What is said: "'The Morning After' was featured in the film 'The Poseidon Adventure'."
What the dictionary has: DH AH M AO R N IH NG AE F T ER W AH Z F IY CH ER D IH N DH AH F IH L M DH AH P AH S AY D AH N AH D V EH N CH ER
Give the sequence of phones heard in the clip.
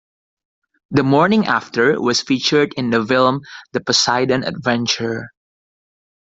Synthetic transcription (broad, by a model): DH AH M AO R N IH NG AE F T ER W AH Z F IY CH ER D IH N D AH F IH L M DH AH P AH S AY D AH N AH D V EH N CH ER